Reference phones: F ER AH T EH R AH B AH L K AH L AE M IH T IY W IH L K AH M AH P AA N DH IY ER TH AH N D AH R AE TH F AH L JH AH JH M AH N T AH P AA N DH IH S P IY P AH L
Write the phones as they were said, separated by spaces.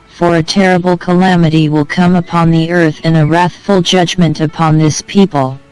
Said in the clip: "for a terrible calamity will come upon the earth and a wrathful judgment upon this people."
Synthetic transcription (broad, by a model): F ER AH T EH R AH B L K AH L AE M IH T IY W IH L K AH M AH P AA N DH IY ER TH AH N AH R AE TH F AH L JH AH JH M AH N T AH P AA N DH IH S P IY P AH L